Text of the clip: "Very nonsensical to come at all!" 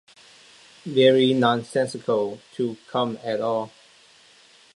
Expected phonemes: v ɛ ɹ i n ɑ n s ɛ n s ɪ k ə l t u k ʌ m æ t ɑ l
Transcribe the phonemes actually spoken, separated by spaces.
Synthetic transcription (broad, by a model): v ɛ ɹ i n ɑ n s ɛ n s ɪ k ə l t u k ʌ m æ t ɑ l